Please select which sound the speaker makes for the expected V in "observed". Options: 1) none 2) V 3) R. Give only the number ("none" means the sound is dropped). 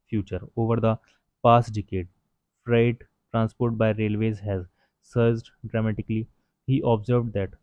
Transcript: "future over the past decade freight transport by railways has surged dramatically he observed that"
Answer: 2